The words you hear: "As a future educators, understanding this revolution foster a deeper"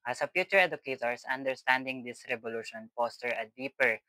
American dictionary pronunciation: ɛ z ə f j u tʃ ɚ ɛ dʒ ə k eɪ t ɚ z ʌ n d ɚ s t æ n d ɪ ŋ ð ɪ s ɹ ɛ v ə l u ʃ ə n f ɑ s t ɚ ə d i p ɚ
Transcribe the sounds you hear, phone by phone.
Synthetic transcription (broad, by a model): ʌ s ə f j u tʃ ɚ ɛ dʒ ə k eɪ t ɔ s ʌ n d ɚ s t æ n d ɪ ŋ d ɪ s ɹ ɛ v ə l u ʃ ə n p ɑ s t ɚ ə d i p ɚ